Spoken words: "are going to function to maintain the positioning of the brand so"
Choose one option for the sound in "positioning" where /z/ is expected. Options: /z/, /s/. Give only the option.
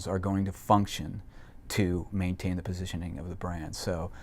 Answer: /z/